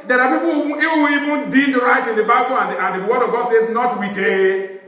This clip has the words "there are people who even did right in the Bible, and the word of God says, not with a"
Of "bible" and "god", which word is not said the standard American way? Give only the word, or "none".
bible